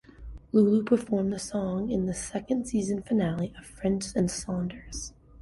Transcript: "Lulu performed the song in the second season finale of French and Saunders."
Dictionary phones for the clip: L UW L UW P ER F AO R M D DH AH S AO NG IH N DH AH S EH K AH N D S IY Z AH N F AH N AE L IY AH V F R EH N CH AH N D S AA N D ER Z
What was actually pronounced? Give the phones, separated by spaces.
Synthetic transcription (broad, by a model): L UW L UW P ER F AO R M DH AH S AO NG IH N DH AH S EH K AH N D S IY Z AH N F AH N AE L IY AH V F R EH N CH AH N S AA N D ER Z